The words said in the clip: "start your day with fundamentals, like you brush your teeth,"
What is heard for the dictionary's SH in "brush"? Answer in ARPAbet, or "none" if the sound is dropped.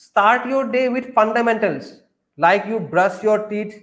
S